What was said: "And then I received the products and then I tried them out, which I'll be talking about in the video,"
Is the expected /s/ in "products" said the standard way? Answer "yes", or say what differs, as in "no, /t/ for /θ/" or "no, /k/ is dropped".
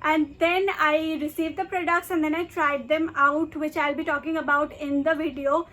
no, /ʃ/ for /s/